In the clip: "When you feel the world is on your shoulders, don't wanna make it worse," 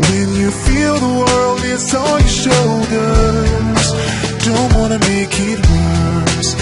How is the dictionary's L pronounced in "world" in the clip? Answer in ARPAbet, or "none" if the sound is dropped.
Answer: L